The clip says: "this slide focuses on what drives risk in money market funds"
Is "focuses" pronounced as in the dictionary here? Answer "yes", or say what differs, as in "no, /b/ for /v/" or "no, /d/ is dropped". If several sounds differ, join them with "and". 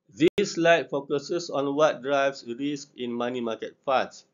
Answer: no, /s/ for /z/